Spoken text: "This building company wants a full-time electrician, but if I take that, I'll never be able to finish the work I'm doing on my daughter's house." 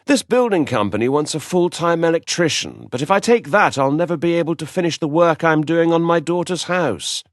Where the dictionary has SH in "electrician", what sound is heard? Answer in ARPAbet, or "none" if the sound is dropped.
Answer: SH